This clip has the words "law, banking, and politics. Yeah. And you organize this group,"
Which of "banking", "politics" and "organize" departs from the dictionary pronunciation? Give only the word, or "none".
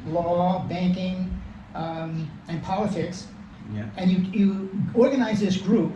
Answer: none